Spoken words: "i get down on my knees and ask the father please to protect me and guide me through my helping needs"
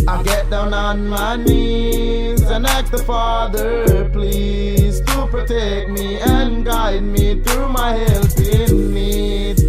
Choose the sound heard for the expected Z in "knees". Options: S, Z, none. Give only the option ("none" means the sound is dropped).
Z